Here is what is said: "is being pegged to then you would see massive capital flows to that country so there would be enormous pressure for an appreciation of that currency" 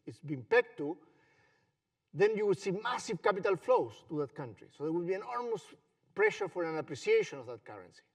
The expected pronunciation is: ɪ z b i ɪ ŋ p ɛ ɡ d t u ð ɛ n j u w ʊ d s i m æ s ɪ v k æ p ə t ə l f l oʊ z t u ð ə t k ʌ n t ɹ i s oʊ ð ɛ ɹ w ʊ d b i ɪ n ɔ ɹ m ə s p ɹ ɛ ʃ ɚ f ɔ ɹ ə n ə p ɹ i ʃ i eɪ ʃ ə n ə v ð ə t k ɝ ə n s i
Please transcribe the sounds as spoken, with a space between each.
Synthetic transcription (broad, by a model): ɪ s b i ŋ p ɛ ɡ t u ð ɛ n j u w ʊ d s i m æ s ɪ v k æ p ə t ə l f l oʊ s t u ð ə t k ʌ n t ɹ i s oʊ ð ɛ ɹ w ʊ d b i ɪ n ɔ ɹ m ə s p ɹ ɛ ʃ ɚ f ɔ ɹ ə n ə p ɹ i s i eɪ ʃ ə n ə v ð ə t k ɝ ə n s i